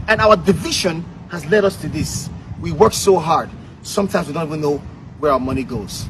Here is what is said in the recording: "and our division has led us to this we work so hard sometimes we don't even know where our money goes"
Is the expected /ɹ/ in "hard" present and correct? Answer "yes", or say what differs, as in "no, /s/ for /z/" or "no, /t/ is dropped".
yes